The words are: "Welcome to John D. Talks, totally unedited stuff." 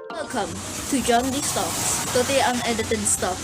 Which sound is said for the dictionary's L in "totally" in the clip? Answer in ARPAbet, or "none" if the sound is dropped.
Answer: none